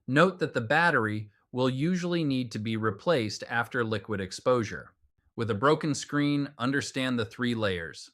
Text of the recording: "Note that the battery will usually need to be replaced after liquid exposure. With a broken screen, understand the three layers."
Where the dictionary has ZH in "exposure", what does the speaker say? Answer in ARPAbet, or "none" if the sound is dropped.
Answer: ZH